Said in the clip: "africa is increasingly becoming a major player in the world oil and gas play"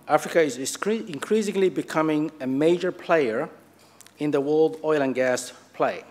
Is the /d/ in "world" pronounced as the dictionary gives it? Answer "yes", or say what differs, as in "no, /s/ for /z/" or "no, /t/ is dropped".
yes